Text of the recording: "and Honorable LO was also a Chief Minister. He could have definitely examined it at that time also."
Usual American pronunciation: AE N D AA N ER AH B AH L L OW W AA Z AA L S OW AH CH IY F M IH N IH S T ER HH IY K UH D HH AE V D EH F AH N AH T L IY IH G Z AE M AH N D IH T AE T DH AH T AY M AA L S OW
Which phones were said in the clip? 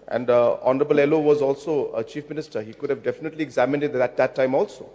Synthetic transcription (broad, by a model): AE N D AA N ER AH B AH L L OW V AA Z AA L S OW AH CH IY F M IH N IH S T ER HH IY K UH D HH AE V D EH F AH N AH T L IY IH G Z AE M AH N D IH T AE T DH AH T AY M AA L S OW